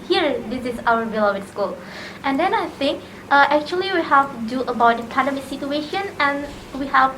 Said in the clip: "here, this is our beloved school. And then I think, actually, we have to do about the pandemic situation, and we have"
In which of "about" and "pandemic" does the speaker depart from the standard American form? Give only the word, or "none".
pandemic